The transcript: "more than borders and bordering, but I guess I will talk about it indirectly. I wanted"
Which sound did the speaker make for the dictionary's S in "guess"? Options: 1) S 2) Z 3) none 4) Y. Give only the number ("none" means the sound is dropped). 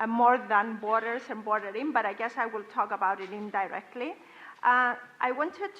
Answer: 1